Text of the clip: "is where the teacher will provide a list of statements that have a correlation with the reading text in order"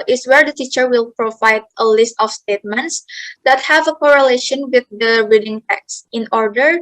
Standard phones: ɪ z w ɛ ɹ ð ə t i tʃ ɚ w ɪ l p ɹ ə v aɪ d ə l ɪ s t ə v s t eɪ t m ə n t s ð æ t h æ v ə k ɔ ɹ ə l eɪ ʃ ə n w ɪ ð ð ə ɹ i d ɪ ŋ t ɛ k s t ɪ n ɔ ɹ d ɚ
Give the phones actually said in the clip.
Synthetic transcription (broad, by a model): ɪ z w ɛ ɹ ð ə t i tʃ ɚ w ɪ l p ɹ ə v aɪ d ə l ɪ s t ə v s t eɪ t m ə n t s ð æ t h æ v ə k ɔ ɹ ə l eɪ ʃ ə n w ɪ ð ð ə ɹ i d ɪ ŋ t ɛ k s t ɪ n ɔ ɹ d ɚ